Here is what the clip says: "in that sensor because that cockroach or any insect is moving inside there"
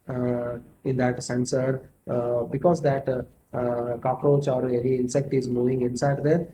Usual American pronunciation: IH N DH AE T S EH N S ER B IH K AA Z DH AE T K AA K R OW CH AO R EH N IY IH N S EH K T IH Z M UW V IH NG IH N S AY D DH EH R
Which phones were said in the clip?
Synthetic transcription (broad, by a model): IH N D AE T S EH N S ER B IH K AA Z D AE T K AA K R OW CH AO R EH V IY IH N S EH K T IH Z M UW V IH NG IH N S AY D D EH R